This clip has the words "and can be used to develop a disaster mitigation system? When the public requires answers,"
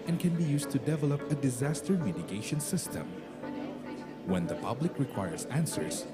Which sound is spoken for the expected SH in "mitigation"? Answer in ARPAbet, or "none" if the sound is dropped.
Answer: SH